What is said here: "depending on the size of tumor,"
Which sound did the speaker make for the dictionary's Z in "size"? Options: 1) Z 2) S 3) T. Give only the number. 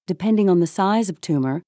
1